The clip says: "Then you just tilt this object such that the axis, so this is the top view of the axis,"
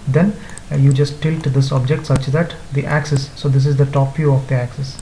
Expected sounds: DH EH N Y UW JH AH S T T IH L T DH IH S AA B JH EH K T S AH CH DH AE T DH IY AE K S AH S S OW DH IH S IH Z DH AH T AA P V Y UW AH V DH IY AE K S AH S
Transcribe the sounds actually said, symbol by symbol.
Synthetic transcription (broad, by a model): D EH N Y UW JH AH S T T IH L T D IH S AA B JH EH K T S AH CH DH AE T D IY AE K S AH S S OW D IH S IH Z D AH T AA P F Y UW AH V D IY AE K S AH S